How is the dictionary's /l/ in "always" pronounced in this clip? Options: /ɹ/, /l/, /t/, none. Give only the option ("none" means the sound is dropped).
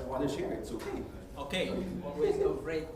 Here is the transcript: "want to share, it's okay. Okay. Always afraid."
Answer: none